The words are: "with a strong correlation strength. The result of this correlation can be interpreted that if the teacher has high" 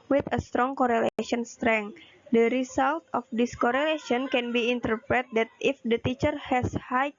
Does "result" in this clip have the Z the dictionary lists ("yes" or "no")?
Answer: no